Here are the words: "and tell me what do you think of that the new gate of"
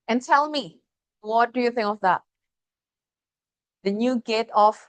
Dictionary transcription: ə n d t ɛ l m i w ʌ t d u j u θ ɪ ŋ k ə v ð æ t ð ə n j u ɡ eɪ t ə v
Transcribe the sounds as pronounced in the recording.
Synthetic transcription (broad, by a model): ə n t ɛ l m i w ʌ t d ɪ j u θ ɪ ŋ k ə v ð æ t ð ə n j u ɡ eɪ t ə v